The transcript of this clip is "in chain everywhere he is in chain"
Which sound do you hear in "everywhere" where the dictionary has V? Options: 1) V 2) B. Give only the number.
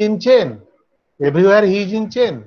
2